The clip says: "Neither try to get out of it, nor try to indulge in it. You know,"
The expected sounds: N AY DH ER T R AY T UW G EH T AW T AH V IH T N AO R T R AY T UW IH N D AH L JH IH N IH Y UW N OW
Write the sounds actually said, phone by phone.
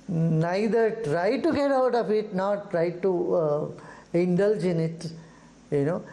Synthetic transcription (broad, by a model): N AY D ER T R AY T UW G EH T AW T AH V IH T N AO R T R AY T UW IH N D AH L JH IH N IH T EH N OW